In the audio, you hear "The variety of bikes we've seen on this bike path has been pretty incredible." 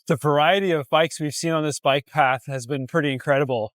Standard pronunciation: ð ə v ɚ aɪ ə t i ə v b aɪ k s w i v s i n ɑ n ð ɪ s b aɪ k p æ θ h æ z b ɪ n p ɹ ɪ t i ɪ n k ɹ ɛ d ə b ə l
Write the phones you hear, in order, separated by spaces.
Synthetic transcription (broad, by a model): ð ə v ɚ aɪ ə t i ə v b aɪ k s w i v s i n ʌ n ð ɪ s b aɪ k p æ θ h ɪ z b ɪ n p ɹ ɪ t i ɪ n k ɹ ɛ d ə b l